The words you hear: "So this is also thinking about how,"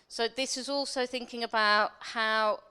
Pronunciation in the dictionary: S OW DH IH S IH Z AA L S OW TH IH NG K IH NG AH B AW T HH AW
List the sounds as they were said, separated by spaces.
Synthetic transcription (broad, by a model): S OW DH IH S IH Z AA L S OW TH IH NG K IH NG AH B AW T HH AW